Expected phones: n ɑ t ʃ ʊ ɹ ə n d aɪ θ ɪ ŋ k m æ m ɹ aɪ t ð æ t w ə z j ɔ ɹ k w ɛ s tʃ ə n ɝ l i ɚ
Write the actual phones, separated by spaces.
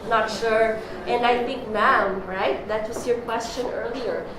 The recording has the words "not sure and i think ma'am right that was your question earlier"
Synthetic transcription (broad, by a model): n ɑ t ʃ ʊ ɹ ə n d aɪ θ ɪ ŋ k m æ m ɹ aɪ t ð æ t w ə s j ɔ ɹ k w ɛ s tʃ ə n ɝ l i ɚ